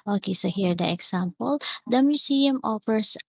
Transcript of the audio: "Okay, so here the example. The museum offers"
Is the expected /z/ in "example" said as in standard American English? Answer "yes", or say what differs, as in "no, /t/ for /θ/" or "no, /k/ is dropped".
no, /s/ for /z/